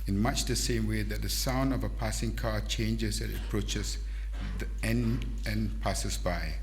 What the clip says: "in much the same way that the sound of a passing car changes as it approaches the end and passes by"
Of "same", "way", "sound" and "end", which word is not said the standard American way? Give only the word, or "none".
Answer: end